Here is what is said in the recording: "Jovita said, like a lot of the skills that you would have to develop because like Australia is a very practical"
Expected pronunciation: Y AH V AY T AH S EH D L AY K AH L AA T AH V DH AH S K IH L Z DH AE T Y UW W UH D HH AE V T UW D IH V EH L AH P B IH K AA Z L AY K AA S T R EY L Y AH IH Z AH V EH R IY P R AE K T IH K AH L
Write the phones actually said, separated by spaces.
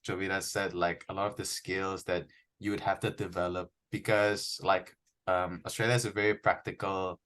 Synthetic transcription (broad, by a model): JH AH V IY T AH S EH D L AY K AH L AA T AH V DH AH S K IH L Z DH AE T Y UW W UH D HH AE F T UW D IH V EH L AH P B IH K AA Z L AY K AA S T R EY L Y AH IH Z AH V EH R IY P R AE K T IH K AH L